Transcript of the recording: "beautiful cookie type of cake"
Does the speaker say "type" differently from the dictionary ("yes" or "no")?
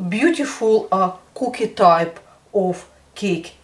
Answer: no